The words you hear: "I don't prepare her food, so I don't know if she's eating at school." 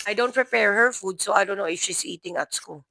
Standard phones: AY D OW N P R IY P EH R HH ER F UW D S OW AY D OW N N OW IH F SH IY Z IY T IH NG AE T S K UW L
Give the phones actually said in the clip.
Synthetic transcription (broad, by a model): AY D OW N P R IY P EH R HH ER F UW D S OW AY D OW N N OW IH F SH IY S IY T IH NG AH T S K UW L